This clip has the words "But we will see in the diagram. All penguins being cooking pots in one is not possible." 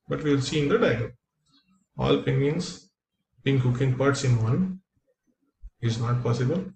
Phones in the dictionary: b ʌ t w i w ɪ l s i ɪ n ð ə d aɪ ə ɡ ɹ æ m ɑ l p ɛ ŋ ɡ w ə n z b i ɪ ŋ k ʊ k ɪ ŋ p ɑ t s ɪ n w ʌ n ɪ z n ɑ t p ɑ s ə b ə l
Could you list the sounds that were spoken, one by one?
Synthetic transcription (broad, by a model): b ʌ t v i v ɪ l s i ɪ n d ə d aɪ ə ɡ ʌ ɑ l p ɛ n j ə n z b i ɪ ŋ k ʊ k ɪ ŋ p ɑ t s ɪ n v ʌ n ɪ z n ɑ t p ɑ s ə b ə l